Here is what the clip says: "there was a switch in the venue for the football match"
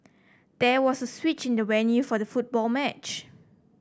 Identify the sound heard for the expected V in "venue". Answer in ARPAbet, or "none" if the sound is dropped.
W